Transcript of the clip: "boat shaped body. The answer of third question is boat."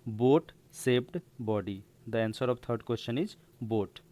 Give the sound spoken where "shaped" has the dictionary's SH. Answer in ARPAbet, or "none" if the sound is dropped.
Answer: S